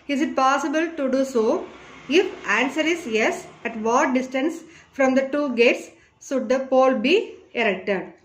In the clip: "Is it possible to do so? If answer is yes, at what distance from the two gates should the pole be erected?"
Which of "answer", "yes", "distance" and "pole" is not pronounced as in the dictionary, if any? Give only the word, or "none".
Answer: none